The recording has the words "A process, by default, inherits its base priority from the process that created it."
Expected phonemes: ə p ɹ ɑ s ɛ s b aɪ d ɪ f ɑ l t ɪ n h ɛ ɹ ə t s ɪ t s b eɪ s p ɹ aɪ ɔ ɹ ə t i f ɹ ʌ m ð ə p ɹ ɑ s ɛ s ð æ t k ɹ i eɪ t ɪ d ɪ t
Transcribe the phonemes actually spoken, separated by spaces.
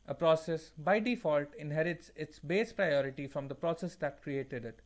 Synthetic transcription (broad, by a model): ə p ɹ ɑ s ɛ s b aɪ d ɪ f ɑ l t ɪ n h ɛ ɹ ə t s ɪ t s b eɪ s p ɹ aɪ ɔ ɹ ə t i f ɹ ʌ m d ə p ɹ ɑ s ɛ s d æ t k ɹ i eɪ t ɪ d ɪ t